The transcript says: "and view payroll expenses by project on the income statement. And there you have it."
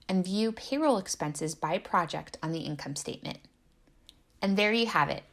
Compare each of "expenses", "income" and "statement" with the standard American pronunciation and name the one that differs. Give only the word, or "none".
none